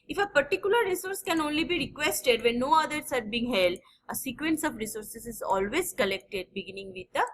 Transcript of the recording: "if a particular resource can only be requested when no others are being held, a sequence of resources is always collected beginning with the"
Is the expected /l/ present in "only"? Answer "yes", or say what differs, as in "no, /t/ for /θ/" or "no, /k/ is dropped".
yes